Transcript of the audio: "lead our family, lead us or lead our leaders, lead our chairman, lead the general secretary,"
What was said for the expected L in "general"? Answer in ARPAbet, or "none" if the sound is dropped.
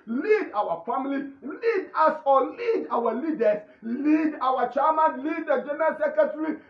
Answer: N